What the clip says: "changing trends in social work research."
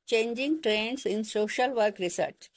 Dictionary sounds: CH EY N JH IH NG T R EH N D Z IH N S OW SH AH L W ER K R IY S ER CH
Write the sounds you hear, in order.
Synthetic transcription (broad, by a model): CH EY N JH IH NG T R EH N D S IH N S OW SH AH L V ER K R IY S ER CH